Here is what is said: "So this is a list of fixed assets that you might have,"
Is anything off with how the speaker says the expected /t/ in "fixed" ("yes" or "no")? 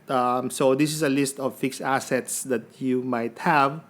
yes